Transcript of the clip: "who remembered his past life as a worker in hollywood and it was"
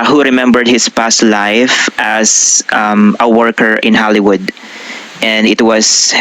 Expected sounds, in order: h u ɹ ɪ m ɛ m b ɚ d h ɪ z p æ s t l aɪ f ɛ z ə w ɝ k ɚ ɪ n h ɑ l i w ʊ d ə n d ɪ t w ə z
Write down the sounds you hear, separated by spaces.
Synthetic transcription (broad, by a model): h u ɹ ɪ m ɛ m b ɚ d h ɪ s p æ s t l aɪ f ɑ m ə w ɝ k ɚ ɪ n h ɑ l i w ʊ d ə n d ɪ t w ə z